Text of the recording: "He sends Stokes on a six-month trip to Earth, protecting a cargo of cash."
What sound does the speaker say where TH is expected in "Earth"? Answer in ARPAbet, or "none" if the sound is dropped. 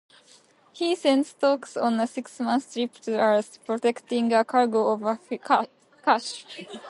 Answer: S